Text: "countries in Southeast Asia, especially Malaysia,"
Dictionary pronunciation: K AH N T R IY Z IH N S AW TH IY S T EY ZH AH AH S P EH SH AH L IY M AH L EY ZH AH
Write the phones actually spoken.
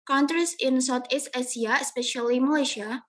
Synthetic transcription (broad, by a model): K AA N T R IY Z IH N S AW T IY S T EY S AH AH S P EH SH AH L IY M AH L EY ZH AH